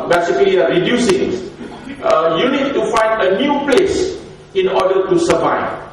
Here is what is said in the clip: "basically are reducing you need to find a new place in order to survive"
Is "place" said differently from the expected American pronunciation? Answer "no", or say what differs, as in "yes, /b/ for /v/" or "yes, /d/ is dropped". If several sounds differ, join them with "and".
no